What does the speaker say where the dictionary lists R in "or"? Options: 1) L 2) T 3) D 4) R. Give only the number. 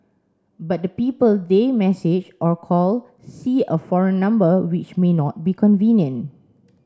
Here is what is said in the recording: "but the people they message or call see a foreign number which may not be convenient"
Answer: 4